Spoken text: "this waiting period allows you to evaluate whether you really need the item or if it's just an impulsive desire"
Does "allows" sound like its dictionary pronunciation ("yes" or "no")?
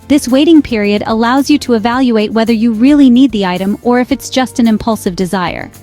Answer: yes